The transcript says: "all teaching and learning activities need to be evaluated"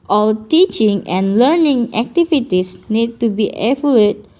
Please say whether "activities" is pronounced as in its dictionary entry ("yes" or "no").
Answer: no